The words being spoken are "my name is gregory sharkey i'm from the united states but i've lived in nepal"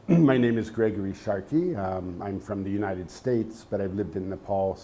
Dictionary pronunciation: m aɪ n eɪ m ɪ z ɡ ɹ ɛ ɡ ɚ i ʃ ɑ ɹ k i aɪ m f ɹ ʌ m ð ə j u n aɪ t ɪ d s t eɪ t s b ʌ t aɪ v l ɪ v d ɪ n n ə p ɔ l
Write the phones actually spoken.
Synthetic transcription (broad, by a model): m aɪ n eɪ m ɪ z ɡ ɹ ɛ ɡ ɚ i ʃ ɑ ɹ k i aɪ m f ɹ ʌ m ð ə j u n aɪ t ɪ d s t eɪ t s b ʌ t aɪ v l ɪ v d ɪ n n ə p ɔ l